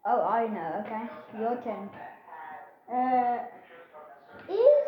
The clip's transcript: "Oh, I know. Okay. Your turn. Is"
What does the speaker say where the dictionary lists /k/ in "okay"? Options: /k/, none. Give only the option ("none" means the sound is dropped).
/k/